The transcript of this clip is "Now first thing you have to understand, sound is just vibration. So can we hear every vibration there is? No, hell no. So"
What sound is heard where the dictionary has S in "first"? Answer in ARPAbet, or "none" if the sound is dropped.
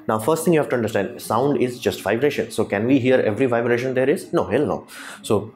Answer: S